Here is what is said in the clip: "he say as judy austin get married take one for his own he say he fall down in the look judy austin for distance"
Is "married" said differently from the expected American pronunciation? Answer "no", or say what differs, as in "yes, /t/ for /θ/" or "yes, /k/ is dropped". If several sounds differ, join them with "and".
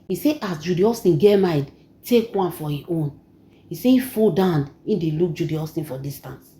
yes, /ɹ/ is dropped